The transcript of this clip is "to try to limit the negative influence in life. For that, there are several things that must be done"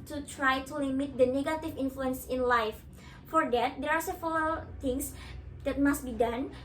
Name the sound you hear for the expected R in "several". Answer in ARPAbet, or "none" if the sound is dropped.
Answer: none